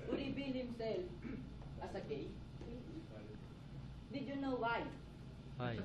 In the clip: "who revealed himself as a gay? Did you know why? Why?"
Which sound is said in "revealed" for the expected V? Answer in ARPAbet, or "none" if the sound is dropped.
B